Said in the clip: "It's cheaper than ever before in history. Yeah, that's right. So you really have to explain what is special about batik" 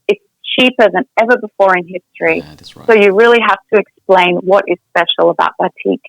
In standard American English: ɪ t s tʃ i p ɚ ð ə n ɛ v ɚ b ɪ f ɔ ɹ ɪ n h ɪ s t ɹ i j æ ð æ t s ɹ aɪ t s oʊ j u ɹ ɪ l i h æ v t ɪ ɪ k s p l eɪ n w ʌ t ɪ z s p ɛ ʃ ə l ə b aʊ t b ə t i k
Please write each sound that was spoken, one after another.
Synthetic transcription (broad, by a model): ɪ t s tʃ i p ɚ ð ə n ɛ v ɚ b ɪ f ɔ ɹ ɪ n h ɪ s t ɹ i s s oʊ j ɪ ɹ ɪ l i h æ f t ɪ ɪ k s p l eɪ n w ʌ t ɪ z s p ɛ ʃ l ə b aʊ t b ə t i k